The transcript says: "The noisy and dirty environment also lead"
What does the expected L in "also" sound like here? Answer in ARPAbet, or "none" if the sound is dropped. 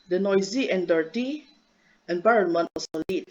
none